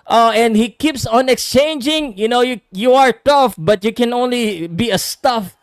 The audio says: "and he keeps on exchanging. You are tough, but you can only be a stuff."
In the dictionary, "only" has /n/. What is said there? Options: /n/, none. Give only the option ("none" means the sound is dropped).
/n/